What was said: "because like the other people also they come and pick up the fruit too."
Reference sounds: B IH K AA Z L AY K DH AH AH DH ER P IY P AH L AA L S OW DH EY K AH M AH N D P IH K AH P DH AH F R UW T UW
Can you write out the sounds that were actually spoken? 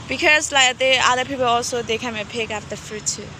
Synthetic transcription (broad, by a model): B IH K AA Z L AY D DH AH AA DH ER P IY P AH L AA L S OW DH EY K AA AH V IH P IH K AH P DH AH F R UW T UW